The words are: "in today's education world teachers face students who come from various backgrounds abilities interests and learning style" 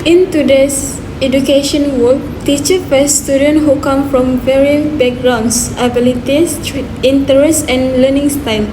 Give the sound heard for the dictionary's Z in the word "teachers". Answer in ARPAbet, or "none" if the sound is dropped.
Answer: none